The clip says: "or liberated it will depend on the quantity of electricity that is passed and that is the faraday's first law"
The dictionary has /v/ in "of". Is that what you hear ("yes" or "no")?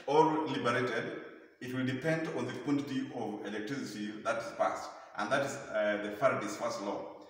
yes